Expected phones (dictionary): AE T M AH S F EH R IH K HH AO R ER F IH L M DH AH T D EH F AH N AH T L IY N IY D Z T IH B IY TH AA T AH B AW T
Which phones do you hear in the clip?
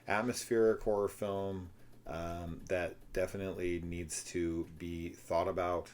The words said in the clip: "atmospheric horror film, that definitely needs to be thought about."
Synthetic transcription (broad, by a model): AE T M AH S F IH R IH K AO R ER F IH L M DH AH T D EH F AH N AH T L IY N IY D Z T IH B IY TH AA T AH B AW T